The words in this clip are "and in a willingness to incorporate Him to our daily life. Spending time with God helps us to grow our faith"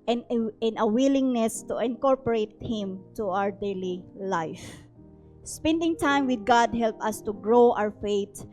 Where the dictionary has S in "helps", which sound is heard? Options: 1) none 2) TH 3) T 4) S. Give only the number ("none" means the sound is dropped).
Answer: 1